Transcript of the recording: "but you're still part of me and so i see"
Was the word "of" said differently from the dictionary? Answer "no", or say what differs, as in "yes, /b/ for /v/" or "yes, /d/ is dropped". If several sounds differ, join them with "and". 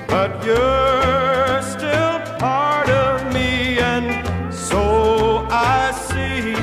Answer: no